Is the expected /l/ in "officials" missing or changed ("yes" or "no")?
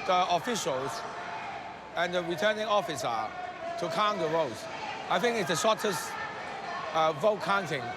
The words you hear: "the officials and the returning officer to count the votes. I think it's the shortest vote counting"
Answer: no